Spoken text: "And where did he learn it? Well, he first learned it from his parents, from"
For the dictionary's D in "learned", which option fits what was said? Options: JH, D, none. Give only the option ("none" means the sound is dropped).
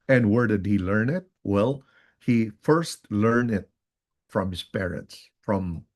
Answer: none